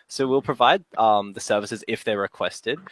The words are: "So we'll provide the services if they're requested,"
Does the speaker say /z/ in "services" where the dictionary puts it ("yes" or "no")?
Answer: yes